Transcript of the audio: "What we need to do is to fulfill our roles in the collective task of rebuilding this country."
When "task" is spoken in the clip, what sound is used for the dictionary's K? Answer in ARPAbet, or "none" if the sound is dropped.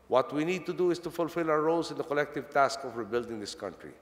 K